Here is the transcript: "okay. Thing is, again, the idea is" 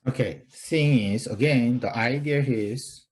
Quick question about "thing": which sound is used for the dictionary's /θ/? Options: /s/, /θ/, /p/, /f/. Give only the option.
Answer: /s/